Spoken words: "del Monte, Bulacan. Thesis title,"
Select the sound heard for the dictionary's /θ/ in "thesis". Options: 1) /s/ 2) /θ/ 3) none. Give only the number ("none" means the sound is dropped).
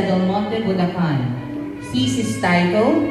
1